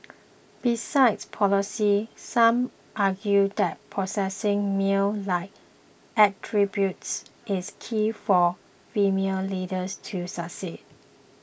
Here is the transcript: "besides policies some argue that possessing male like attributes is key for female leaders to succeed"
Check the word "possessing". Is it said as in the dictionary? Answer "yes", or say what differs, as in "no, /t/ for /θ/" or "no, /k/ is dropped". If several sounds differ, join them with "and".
no, /s/ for /z/